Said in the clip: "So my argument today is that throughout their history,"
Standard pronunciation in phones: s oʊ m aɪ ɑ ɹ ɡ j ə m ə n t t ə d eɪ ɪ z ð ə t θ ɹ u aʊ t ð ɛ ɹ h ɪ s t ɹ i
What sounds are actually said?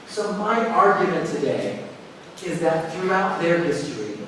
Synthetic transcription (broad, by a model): s oʊ m aɪ ɑ ɹ ɡ j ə m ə n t t ə d eɪ ɪ z ð ə t θ ɹ u aʊ t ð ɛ ɹ h ɪ s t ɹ i